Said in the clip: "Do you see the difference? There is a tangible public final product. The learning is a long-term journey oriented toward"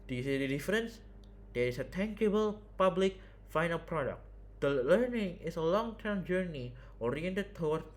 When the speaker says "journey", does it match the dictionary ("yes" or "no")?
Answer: yes